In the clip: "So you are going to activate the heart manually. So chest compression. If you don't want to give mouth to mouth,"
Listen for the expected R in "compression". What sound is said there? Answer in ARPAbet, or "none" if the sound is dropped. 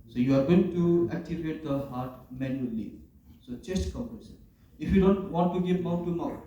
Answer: none